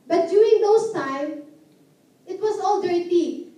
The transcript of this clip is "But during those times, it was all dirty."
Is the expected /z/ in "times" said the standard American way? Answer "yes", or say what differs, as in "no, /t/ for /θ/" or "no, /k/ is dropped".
no, /z/ is dropped